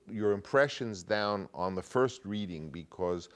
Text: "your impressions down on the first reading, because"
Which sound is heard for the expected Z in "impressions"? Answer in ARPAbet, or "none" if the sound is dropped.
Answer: Z